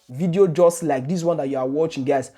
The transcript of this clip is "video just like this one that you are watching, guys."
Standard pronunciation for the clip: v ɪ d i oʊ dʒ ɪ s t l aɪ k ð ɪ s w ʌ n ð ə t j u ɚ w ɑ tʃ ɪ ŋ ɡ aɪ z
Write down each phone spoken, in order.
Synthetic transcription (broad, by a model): v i d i oʊ dʒ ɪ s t l aɪ k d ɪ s w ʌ n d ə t j u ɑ w ɑ tʃ ɪ ŋ ɡ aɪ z